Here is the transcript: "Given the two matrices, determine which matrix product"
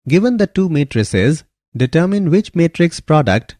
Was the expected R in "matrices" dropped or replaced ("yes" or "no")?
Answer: no